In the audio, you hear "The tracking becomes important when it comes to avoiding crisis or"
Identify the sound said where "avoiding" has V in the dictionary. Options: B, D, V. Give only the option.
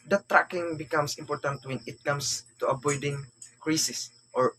B